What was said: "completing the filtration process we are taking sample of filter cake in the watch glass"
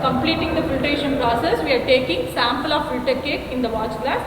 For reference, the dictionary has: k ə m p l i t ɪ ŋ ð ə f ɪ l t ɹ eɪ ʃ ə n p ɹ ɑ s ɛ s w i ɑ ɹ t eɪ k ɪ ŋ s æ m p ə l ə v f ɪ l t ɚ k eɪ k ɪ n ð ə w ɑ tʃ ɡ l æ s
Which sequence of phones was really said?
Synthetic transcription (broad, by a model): k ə m p l i t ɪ ŋ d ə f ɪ t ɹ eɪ ʃ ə n p ɹ ɑ s ɛ s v i ɑ ɹ t eɪ k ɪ ŋ s æ m p ə l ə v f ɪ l t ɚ k eɪ k ɪ n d ə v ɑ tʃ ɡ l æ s